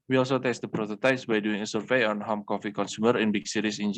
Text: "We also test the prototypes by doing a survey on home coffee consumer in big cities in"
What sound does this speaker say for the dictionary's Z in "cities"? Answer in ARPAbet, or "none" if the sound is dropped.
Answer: S